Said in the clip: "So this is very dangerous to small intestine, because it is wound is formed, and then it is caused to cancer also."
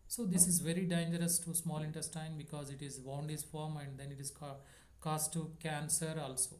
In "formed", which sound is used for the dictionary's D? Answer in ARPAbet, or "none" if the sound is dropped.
none